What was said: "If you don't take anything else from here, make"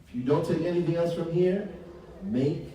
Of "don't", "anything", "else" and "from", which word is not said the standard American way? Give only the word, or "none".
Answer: none